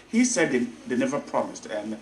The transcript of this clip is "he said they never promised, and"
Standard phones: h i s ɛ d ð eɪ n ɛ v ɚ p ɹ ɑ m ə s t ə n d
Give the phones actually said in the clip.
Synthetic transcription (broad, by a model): h i s ɛ d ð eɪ n ɛ v ɚ p ɹ ɑ m ə s t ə n